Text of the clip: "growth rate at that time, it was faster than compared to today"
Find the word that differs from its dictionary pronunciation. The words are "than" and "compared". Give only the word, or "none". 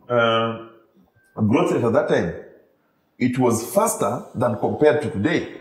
none